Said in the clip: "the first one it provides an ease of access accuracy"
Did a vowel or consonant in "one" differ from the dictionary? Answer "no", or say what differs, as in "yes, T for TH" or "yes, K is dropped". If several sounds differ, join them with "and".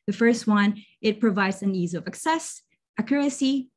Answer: no